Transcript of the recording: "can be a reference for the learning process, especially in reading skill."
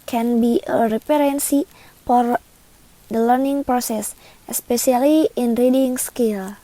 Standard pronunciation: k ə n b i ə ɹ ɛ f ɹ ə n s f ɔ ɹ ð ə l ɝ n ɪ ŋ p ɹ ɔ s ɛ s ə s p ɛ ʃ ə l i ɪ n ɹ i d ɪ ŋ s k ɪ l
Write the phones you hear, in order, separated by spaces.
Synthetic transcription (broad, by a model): k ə n b i ə ɹ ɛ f ɹ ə n s f ɔ ɹ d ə l ɝ n ɪ ŋ p ɹ ɔ s ɛ s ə s p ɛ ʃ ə l i ɪ n ɹ i d ɪ ŋ s k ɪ l